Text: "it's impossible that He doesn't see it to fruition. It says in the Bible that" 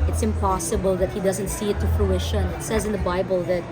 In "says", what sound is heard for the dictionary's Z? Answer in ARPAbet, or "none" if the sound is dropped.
Z